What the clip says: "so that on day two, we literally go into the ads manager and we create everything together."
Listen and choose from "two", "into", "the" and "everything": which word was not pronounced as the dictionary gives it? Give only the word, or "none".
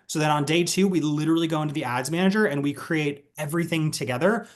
none